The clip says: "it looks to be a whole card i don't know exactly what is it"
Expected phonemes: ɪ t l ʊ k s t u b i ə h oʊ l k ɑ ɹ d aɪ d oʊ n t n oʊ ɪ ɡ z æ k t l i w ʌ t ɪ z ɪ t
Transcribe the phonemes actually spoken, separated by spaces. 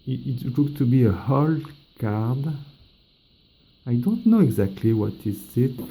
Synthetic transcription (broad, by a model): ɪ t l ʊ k t u b i ə h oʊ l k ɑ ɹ d aɪ d oʊ n t n oʊ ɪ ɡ z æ k t l i w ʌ t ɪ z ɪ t